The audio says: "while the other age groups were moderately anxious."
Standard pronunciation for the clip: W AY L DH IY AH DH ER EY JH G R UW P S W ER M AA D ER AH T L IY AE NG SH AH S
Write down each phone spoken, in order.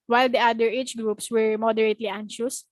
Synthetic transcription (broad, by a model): W AY L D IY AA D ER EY CH G R UW P S W ER M AA D ER AH T L IY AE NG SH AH S